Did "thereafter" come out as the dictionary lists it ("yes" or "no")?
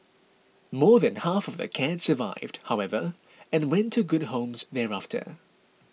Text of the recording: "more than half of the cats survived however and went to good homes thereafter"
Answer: yes